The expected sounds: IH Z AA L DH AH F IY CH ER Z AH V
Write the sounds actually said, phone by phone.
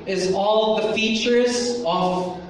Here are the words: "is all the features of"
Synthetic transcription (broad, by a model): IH Z AA L DH AH F IY CH ER Z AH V